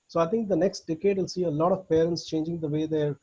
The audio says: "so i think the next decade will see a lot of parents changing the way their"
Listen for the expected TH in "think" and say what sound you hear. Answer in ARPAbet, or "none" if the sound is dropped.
T